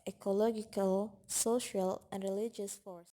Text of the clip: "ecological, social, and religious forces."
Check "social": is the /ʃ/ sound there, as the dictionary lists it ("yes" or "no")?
yes